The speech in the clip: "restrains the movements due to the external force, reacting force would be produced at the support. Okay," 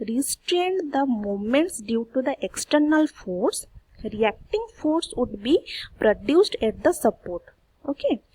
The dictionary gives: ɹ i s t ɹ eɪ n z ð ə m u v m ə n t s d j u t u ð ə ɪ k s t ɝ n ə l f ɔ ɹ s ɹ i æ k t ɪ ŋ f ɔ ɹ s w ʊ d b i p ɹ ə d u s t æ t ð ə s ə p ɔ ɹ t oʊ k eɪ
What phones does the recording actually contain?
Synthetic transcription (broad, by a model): ɹ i s t ɹ eɪ n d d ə m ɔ m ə n t s d j u t u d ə ɪ k s t ɝ n ə l f ɔ ɹ s ɹ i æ k t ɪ ŋ f ɔ ɹ s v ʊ d b i p ɹ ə d u s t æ t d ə s ə p ɔ ɹ t oʊ k eɪ